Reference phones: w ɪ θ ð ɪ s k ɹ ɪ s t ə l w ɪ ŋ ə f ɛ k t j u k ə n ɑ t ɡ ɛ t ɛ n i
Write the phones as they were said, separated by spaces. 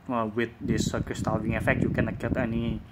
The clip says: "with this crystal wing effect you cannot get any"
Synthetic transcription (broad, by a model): w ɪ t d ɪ s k ɪ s t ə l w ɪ ŋ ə f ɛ k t j u k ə n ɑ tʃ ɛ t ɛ n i